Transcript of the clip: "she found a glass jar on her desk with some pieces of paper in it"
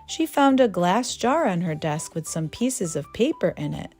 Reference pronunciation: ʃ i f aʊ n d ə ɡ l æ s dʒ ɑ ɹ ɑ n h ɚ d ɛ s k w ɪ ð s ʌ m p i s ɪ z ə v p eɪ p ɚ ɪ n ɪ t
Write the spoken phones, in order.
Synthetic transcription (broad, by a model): ʃ i f aʊ n d ə ɡ l æ s dʒ ɑ ɹ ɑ n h ɚ d ɛ s k w ɪ ð s ʌ m p i s ɪ z ə v p eɪ p ɚ ɪ n ɪ t